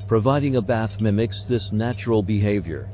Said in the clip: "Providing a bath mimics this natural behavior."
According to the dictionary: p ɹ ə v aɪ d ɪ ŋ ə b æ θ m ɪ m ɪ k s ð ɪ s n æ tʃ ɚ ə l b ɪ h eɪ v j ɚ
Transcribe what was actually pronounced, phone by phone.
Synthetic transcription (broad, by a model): p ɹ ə v aɪ d ɪ ŋ ə b æ θ m ɪ m ɪ k s ð ɪ s n æ tʃ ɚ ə l b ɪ h eɪ v j ɚ